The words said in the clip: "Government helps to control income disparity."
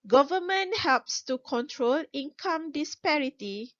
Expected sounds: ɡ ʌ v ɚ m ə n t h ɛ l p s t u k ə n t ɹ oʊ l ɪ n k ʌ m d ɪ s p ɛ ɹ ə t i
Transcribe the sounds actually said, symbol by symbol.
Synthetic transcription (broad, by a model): ɡ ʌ v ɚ m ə n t h ɛ l p s t u k ə n t ɹ oʊ l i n k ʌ m d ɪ s p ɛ ɹ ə t i